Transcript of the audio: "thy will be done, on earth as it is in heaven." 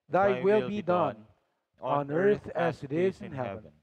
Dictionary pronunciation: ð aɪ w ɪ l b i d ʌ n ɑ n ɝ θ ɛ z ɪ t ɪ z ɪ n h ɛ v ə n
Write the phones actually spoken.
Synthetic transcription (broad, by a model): ð aɪ w ɪ l b i d ʌ n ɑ n ɝ θ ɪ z ɪ t ɪ z ɪ n h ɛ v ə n